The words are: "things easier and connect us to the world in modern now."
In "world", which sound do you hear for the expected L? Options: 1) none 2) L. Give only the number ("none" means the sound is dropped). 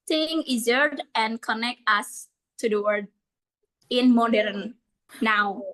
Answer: 1